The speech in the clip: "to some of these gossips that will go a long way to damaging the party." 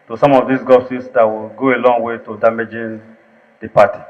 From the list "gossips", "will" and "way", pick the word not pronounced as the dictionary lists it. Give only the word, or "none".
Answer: gossips